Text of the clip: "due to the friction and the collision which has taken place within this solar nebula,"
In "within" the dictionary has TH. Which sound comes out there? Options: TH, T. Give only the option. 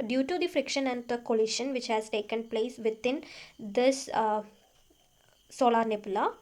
T